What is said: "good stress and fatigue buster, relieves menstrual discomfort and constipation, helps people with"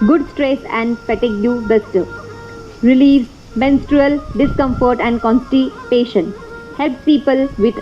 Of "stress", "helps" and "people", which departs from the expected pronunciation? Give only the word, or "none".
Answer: helps